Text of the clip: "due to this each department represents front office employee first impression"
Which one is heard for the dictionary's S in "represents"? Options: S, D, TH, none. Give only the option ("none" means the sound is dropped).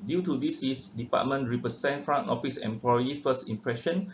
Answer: none